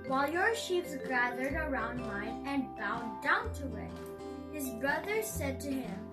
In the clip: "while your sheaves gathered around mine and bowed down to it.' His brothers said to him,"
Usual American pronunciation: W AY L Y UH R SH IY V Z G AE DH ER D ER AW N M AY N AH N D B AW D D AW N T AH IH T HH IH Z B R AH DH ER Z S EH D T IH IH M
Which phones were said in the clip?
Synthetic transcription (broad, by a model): W AY L Y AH R SH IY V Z G AE DH ER D ER AW N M AY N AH N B AW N D AW N T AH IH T HH IH Z B R AH DH ER S EH D T IH IH M